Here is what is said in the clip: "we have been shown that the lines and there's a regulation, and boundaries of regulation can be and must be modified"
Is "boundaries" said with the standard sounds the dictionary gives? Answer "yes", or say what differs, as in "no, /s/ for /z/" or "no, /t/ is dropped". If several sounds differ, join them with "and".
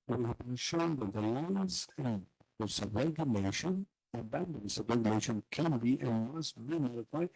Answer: no, /ɹ/ is dropped and /s/ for /z/